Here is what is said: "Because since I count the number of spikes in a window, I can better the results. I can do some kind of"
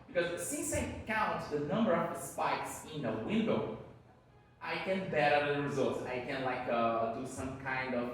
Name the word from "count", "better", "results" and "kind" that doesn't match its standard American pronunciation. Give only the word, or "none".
none